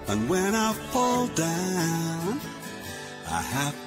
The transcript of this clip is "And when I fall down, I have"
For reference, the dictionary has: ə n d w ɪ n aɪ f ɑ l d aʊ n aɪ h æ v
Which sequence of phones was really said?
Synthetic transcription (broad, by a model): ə n w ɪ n aɪ f ɑ l d aʊ n aɪ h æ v